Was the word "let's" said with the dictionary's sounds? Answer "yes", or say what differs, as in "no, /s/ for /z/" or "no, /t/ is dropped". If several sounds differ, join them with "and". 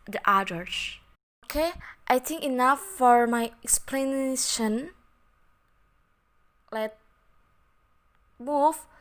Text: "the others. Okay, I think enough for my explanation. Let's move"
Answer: no, /s/ is dropped